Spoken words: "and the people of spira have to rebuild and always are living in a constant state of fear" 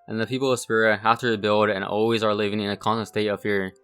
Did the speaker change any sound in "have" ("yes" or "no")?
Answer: yes